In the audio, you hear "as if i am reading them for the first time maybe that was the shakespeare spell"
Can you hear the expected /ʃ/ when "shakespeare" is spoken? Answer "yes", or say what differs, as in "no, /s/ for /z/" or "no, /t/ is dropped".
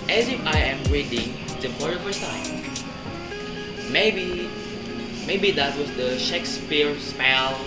yes